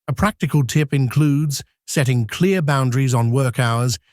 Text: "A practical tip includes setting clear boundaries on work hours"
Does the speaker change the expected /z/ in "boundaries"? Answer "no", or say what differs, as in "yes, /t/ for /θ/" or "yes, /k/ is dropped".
no